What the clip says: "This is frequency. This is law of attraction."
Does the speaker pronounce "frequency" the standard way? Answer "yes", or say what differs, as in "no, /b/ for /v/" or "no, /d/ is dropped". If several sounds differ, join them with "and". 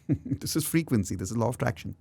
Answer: yes